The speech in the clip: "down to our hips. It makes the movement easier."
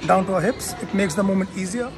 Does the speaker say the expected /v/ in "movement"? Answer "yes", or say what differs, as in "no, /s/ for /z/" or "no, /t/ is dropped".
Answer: no, /v/ is dropped